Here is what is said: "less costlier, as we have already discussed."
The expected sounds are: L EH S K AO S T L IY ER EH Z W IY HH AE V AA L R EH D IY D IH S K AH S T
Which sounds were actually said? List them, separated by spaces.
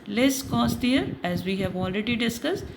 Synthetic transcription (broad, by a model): L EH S K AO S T IY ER EH Z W IY HH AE V AA L R EH D IY D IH S K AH S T